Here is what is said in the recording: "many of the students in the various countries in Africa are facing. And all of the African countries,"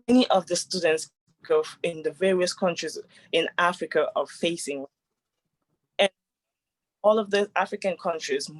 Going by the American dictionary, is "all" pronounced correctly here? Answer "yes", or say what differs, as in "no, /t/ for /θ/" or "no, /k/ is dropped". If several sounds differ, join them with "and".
yes